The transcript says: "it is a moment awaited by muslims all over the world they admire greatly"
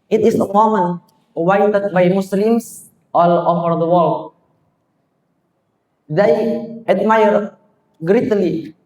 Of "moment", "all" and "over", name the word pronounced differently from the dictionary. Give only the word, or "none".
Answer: moment